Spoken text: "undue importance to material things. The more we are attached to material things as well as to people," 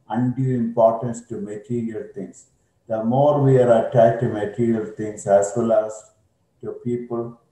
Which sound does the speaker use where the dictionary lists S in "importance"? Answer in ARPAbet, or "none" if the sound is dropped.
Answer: S